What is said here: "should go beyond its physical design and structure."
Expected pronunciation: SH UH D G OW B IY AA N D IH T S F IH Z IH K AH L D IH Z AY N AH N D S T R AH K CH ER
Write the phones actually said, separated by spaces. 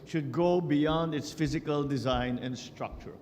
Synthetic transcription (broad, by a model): SH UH D G OW B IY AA N D IH T S F IH Z IH K AH L D IH Z AY N AH N D S T R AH K CH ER